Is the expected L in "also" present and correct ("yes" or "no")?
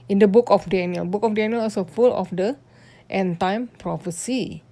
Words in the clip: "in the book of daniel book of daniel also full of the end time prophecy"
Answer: no